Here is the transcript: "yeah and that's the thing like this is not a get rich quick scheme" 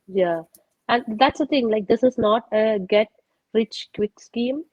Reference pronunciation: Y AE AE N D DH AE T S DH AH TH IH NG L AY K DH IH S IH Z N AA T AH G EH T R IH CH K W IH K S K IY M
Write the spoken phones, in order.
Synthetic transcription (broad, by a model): Y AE AE N D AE T S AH T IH NG L AY K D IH S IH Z N AA T AH G EH T R IH CH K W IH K S K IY M